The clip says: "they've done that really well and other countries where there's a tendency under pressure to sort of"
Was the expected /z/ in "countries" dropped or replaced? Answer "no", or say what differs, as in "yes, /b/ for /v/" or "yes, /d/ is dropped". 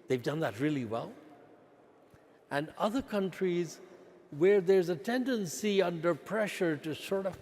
no